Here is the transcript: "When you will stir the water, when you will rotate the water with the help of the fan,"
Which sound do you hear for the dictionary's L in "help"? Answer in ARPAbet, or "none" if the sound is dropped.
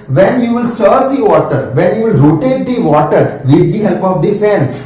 L